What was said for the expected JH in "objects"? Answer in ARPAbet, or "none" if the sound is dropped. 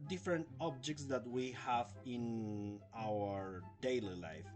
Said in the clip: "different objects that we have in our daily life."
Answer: JH